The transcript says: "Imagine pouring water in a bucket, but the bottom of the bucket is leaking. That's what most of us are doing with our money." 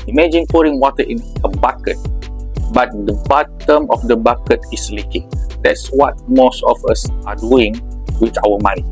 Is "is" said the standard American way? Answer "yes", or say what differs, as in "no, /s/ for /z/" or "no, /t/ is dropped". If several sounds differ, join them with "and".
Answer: no, /s/ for /z/